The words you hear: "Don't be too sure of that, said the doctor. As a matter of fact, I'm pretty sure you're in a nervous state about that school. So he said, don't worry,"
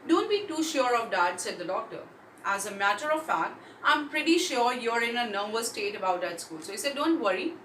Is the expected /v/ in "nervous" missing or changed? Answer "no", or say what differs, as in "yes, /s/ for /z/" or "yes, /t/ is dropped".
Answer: yes, /b/ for /v/